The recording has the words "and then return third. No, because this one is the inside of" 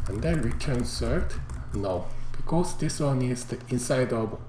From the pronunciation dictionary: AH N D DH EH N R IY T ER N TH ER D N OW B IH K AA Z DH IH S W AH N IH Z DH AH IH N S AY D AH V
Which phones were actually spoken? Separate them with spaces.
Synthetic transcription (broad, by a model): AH N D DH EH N R IY T ER N S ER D N OW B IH K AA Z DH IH S W AH N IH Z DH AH IH N S AY D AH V